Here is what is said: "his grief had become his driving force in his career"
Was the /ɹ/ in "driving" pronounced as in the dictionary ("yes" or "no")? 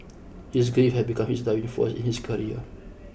no